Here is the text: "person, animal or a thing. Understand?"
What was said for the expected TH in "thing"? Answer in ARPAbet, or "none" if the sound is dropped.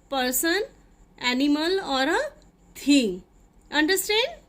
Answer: T